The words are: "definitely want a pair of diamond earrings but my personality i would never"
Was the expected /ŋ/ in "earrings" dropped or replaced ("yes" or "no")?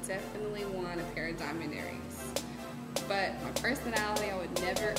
yes